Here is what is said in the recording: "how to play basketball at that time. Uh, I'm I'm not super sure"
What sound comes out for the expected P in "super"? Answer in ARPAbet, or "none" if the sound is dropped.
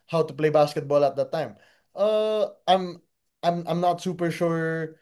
P